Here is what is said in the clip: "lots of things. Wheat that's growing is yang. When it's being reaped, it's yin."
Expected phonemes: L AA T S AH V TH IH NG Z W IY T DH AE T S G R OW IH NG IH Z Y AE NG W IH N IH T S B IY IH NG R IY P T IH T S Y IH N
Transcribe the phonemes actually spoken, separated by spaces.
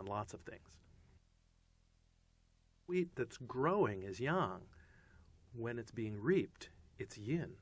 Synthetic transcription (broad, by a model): L AA T S AH V TH IH NG Z W IY T DH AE T S G R OW IH NG IH Z Y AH NG W IH N IH T S B IY IH NG R IY P T IH T S Y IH N